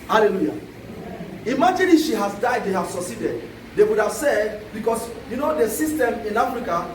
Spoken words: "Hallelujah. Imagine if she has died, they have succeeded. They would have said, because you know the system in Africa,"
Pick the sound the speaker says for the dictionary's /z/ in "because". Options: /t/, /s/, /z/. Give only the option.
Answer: /s/